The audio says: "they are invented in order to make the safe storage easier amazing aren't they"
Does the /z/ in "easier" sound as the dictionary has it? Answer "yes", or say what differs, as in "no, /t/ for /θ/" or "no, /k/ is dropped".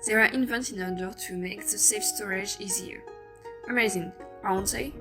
yes